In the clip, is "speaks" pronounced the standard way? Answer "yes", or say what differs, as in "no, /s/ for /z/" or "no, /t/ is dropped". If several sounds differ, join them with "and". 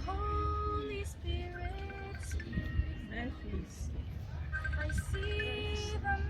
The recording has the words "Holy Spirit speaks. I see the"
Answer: no, /k/ is dropped